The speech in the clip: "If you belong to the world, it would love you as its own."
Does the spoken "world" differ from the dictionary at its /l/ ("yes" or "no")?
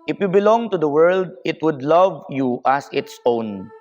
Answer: no